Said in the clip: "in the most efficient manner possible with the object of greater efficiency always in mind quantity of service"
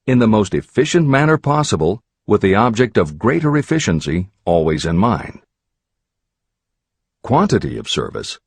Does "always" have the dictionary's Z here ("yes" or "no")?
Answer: yes